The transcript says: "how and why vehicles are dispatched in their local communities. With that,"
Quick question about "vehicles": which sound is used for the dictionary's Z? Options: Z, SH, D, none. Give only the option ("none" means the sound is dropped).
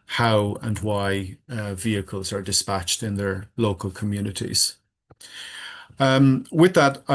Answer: Z